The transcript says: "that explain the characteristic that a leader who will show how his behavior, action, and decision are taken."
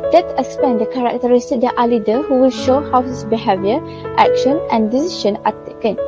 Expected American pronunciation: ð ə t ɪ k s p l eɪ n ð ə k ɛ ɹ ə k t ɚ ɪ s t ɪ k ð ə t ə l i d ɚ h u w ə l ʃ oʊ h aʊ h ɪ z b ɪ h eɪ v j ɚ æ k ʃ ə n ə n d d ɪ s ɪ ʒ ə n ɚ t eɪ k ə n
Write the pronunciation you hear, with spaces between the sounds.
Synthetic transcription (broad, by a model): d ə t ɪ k s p eɪ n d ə k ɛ ɹ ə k t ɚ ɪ s t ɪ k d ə t ə l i d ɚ h u w ə l ʃ oʊ h aʊ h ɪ s b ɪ h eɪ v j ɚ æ k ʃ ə n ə n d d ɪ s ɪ ʃ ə n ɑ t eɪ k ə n